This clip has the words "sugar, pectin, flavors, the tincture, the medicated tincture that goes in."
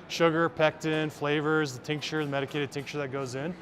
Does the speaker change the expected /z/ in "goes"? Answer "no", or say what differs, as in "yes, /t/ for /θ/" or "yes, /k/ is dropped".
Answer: no